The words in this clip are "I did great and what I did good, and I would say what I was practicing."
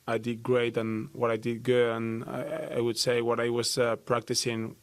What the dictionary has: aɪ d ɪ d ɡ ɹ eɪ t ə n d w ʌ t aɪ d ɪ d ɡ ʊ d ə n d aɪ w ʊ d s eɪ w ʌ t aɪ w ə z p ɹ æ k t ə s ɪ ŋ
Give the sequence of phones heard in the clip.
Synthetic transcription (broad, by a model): aɪ d ɪ d ɡ ɹ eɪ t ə n w ʌ t aɪ d ɪ d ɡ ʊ ə n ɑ aɪ w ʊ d s eɪ w ʌ t aɪ w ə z p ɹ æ k t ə s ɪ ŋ